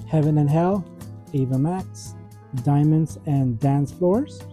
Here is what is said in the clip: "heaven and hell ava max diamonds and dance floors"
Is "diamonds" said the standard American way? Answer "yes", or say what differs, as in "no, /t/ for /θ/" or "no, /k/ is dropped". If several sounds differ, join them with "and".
yes